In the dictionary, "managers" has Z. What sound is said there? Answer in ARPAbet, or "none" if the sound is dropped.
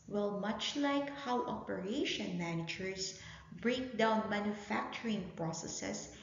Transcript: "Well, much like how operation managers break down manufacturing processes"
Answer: S